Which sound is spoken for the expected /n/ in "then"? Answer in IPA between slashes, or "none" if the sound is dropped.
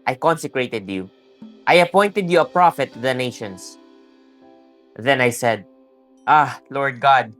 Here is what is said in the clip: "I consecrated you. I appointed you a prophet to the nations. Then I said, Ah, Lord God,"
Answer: /n/